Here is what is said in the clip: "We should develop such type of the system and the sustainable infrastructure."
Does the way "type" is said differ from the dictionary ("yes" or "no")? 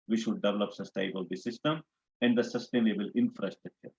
yes